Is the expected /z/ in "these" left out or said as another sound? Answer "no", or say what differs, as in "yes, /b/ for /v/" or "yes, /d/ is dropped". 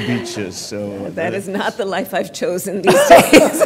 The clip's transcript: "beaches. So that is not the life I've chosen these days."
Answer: no